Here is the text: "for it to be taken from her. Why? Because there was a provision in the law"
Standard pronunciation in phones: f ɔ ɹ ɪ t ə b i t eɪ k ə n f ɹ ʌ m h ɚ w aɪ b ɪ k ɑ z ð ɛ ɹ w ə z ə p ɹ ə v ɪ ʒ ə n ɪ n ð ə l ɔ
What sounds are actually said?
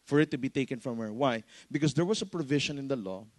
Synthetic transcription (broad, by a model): f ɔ ɹ ɪ t ə b i t eɪ k ə n f ɹ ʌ m h ɚ w aɪ b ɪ k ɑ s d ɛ ɹ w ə s ə p ɹ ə v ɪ ʃ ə n ɪ n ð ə l ɔ